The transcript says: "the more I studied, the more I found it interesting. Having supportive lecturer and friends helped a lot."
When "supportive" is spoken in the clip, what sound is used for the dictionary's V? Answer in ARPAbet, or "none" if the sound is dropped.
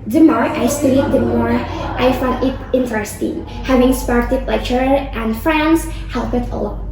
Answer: P